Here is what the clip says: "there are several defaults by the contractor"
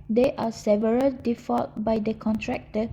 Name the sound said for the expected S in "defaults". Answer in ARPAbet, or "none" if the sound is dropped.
none